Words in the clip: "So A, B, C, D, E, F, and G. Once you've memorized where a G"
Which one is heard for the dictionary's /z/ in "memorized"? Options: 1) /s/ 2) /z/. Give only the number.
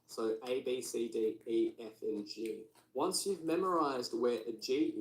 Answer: 2